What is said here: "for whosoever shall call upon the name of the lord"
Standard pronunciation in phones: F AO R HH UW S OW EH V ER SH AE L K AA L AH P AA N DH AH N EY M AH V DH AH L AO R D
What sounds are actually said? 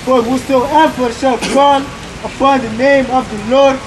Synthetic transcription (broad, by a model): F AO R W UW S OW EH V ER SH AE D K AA N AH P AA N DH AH N EY M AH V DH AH L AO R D